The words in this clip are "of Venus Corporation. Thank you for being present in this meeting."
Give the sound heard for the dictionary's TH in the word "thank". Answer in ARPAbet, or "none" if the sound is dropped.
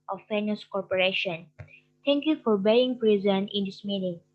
T